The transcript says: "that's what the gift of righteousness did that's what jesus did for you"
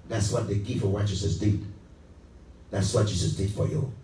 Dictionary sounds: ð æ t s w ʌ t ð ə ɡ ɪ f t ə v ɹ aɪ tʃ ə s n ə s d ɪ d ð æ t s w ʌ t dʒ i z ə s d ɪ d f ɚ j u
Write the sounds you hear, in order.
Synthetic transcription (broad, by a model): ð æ t s w ʌ t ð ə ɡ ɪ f ə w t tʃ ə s ə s d ɪ d ð æ t s w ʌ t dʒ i s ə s d ɪ d f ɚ j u